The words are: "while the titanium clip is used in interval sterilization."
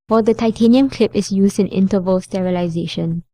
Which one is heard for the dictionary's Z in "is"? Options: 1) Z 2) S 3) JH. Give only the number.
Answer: 2